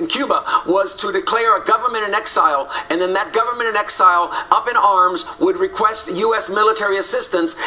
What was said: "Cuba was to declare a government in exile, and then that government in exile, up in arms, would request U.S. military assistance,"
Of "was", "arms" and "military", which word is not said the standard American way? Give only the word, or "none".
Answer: none